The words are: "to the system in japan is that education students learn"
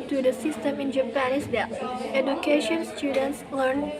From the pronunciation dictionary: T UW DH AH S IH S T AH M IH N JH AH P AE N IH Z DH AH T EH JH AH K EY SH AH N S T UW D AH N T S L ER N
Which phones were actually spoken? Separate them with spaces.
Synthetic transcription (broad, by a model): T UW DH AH S IH S T AH M IH N JH AH P AE N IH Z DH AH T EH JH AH K EY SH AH N S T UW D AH N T S L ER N